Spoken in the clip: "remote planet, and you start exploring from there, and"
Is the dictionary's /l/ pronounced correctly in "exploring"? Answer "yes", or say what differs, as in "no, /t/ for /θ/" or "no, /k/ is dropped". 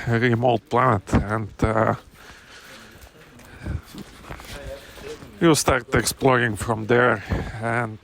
yes